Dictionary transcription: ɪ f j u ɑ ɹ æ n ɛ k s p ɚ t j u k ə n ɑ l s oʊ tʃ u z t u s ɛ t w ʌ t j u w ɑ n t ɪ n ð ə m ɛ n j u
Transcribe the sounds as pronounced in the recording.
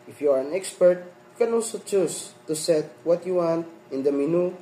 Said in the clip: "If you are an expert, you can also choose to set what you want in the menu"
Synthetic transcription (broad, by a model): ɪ f j u ɑ ɹ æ n ɛ k s p ɚ t j u k ə n ɑ l s oʊ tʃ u s t u s ɛ t w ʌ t j u w ɑ n t ɪ n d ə m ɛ n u